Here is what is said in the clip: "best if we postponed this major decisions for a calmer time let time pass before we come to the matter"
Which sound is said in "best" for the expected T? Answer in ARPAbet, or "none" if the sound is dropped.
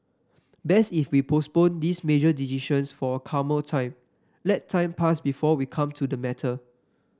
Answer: none